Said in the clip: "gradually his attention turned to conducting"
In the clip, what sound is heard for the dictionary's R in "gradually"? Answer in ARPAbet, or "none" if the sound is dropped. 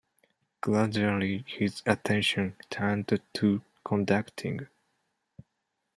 L